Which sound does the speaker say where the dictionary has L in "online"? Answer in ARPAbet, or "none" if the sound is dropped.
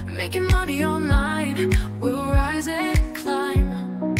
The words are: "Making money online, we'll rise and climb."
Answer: none